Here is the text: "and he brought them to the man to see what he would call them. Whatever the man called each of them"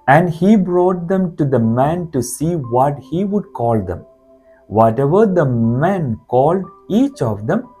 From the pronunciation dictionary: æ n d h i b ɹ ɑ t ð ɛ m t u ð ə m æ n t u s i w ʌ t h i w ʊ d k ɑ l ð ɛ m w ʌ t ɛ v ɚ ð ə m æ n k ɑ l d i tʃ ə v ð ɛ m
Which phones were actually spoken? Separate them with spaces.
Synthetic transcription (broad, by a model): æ n d h i b ɹ ɑ t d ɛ m t u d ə m æ n t u s i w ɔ t h i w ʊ d k ɑ l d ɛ m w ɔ t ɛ v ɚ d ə m æ n k ɑ l d i tʃ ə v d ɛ m